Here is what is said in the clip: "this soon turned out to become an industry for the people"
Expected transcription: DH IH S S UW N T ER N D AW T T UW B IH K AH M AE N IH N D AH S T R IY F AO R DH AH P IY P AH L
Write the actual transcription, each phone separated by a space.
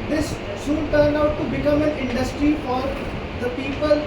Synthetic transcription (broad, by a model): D IH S S UW N T ER N D AW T T UW B IH K AH M AE N IH N D AH S T R IY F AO R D AH P IY P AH L